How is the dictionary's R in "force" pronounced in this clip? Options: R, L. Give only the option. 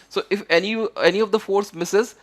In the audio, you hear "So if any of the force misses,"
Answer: R